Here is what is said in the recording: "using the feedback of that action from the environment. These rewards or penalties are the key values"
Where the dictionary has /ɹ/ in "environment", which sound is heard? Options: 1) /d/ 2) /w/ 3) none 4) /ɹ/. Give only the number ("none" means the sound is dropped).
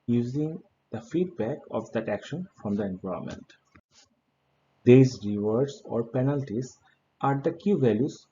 3